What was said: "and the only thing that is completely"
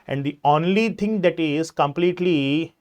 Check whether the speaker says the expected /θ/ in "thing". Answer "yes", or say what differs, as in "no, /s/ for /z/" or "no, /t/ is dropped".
no, /t/ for /θ/